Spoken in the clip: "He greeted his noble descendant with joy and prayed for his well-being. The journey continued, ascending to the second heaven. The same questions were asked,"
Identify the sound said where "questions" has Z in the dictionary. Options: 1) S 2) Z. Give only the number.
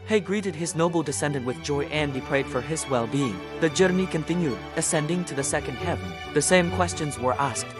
2